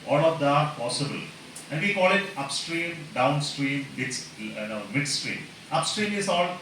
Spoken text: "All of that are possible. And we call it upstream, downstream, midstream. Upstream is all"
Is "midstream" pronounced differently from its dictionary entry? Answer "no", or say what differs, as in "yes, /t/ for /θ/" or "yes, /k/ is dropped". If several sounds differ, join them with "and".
no